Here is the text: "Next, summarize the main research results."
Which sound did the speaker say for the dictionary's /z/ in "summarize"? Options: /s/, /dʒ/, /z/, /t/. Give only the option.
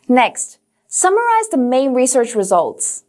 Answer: /z/